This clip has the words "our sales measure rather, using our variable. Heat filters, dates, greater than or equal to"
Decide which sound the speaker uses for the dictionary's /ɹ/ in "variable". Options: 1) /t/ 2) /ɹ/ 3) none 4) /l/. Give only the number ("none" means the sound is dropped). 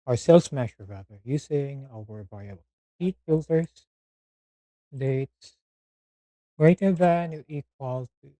3